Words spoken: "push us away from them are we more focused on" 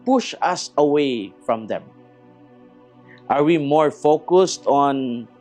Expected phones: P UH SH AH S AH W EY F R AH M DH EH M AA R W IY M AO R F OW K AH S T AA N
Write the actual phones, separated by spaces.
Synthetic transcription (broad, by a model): P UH SH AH S AH W EY F R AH M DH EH M AA R W IY M AO R F OW K AH S T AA N